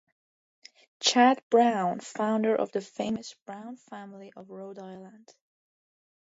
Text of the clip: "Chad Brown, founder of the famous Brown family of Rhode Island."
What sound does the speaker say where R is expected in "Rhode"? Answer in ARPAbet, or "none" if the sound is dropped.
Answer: R